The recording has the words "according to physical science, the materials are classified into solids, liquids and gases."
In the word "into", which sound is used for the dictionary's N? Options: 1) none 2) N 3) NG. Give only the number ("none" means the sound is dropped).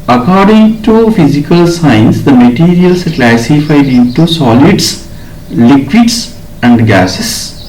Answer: 1